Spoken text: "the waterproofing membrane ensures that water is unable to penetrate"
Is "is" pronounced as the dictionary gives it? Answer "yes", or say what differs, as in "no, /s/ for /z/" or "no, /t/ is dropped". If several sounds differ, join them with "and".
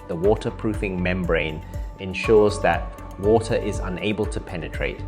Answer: yes